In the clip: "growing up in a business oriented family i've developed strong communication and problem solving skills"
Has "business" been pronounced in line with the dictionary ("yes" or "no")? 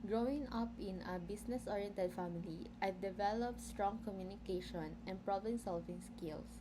no